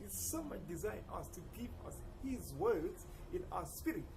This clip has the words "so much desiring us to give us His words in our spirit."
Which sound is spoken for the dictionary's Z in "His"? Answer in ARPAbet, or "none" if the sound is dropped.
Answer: Z